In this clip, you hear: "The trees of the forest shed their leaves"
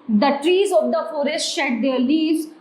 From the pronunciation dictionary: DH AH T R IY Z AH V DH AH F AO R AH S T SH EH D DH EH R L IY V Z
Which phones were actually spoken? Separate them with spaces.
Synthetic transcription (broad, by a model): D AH T R IY Z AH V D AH F AO R AH S T SH EH D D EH R L IY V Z